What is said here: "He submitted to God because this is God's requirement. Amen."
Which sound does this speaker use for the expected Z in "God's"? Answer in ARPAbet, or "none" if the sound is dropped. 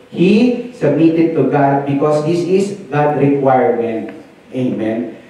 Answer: none